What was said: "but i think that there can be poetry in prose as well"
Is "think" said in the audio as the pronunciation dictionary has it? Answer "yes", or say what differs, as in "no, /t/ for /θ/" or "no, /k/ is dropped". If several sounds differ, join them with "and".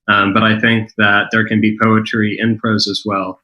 yes